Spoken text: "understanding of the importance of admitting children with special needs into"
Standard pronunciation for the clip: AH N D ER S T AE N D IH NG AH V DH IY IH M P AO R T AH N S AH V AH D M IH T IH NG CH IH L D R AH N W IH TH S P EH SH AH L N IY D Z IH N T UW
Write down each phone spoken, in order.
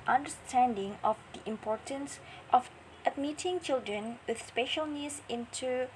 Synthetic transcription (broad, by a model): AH N D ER S T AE N D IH NG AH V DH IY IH M P AO R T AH N S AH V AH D M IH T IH NG CH IH L D R AH N W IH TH S P EH SH AH L N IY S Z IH N T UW